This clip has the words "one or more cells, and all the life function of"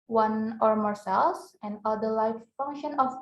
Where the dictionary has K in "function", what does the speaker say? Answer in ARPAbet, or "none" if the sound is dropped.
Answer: K